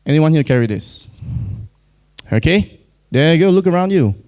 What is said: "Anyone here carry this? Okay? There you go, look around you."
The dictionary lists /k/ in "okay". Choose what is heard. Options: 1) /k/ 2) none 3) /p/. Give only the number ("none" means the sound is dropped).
1